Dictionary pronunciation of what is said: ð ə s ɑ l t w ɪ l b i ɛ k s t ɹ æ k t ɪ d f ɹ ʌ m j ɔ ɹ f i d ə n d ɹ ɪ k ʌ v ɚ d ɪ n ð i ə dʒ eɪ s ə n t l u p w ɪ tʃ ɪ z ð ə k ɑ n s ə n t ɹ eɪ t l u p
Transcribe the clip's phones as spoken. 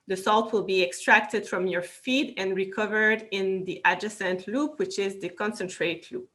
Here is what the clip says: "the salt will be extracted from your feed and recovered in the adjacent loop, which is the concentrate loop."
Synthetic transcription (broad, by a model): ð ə s ɑ l t w ɪ l b i ɛ k s t ɹ æ k t ɪ d f ɹ ʌ m j ɔ ɹ f i d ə n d ɹ ɪ k ʌ v ɚ d ɪ n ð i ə dʒ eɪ s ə n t l u p w ɪ tʃ ɪ z ð ə k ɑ n s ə n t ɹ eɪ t l u p